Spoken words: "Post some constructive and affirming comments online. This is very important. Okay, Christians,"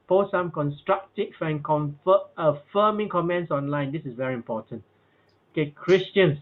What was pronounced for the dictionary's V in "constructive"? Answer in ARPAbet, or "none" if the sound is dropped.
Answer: F